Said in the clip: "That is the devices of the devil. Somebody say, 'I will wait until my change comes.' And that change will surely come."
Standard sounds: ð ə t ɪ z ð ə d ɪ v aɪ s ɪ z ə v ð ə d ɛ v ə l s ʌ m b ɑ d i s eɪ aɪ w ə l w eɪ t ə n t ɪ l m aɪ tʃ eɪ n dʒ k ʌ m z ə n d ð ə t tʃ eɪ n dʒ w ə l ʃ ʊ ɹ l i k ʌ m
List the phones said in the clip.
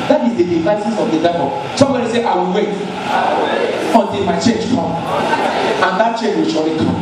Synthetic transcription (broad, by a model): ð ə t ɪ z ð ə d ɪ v aɪ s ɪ s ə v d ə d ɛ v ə s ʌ m b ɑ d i s eɪ aɪ w ə l w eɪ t ə n t ɪ l m aɪ tʃ eɪ n dʒ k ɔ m ə n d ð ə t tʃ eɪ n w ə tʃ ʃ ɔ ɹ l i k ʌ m